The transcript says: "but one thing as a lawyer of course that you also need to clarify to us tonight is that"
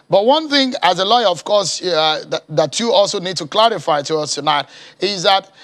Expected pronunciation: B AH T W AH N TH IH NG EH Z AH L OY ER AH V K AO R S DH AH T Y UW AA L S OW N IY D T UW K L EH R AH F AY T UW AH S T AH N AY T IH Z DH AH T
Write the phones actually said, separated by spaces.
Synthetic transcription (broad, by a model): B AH T W AH N TH IH NG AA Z AH L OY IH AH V K AO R S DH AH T Y UW AA L S OW N IY D T UW K L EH R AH F AY T UW AH S T AH N AY T IH Z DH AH T